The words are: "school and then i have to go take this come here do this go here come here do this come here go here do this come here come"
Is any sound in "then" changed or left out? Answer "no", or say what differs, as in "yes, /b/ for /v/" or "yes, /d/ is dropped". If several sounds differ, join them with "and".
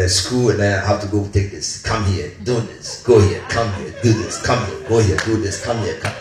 yes, /n/ is dropped